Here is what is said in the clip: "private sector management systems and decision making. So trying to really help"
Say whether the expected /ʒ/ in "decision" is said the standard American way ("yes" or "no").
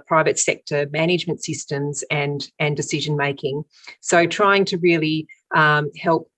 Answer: yes